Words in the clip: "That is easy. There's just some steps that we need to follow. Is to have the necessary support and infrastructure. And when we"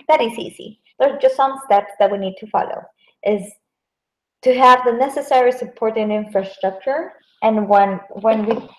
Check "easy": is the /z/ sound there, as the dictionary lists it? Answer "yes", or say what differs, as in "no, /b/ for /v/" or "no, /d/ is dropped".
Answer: no, /s/ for /z/